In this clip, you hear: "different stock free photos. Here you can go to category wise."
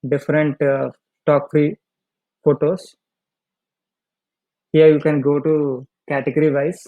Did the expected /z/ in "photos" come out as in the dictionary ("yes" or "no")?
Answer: no